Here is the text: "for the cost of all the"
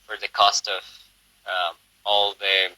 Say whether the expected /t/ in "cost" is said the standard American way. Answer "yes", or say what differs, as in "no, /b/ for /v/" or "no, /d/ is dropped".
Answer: yes